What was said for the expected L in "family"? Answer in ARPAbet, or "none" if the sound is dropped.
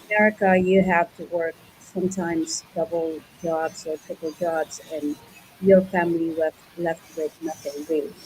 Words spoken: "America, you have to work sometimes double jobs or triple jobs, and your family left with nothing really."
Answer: W